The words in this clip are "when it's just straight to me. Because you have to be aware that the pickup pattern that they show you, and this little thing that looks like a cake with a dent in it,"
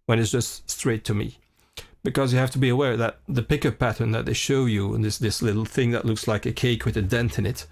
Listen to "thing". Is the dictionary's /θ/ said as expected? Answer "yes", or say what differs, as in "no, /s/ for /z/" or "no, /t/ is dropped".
yes